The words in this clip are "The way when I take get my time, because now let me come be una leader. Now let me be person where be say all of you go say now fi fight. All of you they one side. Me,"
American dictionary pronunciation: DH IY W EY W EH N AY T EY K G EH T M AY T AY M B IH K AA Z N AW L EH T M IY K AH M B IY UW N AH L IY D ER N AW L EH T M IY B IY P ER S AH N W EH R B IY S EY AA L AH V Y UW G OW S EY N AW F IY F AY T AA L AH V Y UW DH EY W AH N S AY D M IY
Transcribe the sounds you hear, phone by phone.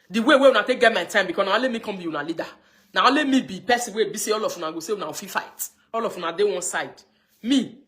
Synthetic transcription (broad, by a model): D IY W EY W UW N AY T EY K G EH T M AY T AY M B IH K AA N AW L EH T M IY K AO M B IY UW N AH L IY D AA N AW L EH T M IY B IY P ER S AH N W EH B IY S EY AA L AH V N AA G OW S EY N AW F IY F AY T AA L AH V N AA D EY W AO N S AY D M IY